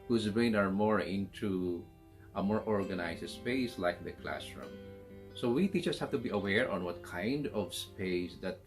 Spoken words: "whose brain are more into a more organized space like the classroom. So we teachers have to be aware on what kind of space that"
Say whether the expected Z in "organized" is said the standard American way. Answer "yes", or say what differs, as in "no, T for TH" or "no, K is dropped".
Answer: no, S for Z